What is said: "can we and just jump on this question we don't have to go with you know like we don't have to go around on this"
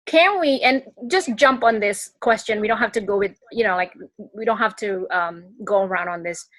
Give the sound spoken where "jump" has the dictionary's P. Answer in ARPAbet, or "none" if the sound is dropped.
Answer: P